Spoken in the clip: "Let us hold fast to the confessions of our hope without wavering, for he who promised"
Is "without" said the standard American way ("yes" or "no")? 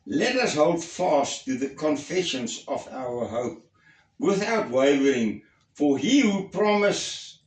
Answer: yes